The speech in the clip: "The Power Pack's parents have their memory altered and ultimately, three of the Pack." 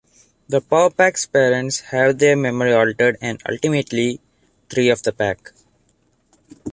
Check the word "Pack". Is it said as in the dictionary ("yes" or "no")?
yes